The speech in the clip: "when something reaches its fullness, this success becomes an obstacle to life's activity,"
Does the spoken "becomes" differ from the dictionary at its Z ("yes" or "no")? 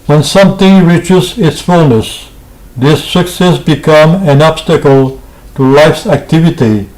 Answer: yes